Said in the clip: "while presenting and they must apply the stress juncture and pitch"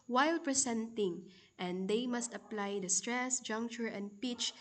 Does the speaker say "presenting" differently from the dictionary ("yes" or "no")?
yes